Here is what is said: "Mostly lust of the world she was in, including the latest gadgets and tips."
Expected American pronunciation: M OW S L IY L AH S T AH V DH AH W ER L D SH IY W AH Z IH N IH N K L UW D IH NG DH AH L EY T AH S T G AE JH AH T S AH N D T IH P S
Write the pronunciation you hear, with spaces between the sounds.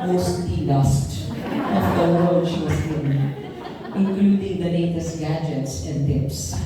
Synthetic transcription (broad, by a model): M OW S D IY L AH S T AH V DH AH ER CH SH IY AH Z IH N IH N K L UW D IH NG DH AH N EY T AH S G AE JH AH T S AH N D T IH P S